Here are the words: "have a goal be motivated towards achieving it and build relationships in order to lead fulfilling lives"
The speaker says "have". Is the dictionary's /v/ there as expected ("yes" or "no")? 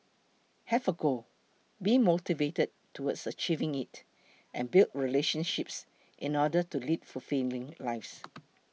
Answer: no